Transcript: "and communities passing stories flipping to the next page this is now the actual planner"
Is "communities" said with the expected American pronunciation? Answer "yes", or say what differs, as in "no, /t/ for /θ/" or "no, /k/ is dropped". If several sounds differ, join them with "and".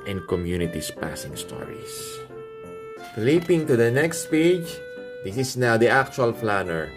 no, /s/ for /z/